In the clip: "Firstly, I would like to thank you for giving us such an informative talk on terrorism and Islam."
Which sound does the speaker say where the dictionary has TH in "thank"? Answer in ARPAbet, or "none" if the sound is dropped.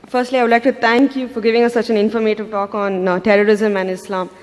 T